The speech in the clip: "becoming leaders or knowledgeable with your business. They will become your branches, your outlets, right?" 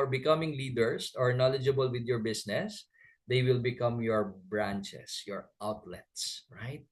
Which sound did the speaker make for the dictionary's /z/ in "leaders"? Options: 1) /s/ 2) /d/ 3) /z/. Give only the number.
1